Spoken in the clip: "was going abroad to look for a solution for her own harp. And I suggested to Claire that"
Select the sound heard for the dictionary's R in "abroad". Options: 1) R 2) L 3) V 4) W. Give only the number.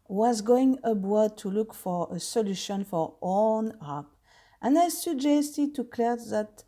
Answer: 4